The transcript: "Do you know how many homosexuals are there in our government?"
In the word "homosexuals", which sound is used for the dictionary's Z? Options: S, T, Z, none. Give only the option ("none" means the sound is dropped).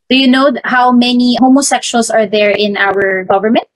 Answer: S